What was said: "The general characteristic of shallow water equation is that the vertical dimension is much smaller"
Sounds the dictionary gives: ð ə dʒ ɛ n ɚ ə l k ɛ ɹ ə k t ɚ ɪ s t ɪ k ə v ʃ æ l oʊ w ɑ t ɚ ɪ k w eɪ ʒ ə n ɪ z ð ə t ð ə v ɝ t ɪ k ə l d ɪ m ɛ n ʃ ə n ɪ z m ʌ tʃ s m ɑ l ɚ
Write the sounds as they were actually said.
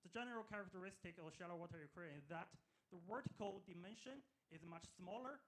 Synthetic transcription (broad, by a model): ð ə dʒ ɛ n ɚ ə l k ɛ ɹ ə k t ɚ ɪ s t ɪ k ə ʃ æ l oʊ w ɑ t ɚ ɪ k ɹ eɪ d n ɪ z ð ə t ð ə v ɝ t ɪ k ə l d ɪ m ɛ n ʃ ə n ɪ z m ʌ tʃ s m ɑ l ɚ